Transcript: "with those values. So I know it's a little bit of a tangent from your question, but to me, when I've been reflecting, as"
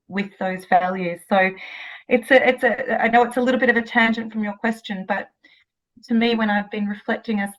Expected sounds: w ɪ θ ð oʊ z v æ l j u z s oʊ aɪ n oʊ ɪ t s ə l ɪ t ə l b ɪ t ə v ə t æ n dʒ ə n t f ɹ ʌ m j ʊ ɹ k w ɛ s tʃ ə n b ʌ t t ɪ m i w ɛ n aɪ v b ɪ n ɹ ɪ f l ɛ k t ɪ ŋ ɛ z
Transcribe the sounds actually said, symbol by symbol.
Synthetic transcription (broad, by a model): w ɪ ð oʊ z v æ l j u z s oʊ aɪ n oʊ ɪ t s ə l ɪ t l b ɪ t ə v ə t æ n dʒ ə n t f ɹ ʌ m j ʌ ɹ k w ɛ s tʃ ə n b ʌ t t ɪ m i w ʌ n aɪ v b ɪ n ɹ ɪ f l ɛ k t ɪ ŋ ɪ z